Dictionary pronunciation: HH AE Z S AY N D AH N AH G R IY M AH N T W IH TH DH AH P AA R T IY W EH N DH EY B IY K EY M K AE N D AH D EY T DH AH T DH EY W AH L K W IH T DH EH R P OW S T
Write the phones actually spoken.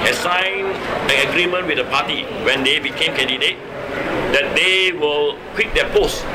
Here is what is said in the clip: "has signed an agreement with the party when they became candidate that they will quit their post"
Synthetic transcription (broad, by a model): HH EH S AY N AH N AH G R IY M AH N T W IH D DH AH P AA T IY W EH N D EY B IY K EY M K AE N D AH D EY T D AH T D EY W AH L K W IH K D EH P OW S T